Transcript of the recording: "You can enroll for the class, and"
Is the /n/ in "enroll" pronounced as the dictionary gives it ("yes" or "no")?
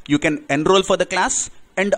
yes